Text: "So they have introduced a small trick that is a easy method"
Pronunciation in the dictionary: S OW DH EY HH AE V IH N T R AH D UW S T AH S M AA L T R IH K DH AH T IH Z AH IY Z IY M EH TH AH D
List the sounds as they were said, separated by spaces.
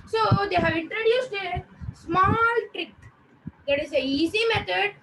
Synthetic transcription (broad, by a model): S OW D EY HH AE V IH N T R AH D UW S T AH S M AA L T R IH K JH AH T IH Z AH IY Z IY M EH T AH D